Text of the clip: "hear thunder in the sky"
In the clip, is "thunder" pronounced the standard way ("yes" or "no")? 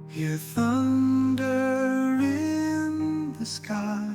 yes